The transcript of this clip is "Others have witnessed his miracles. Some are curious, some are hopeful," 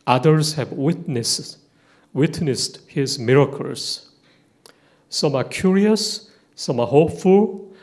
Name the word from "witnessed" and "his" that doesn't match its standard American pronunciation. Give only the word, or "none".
none